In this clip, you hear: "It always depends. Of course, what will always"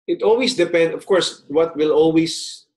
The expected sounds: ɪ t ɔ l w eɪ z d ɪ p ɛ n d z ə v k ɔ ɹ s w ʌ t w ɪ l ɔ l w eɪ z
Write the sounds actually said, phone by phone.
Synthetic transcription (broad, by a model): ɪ t ɔ l w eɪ s d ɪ p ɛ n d ə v k ɔ ɹ s w ʌ t w ɪ l ɔ l w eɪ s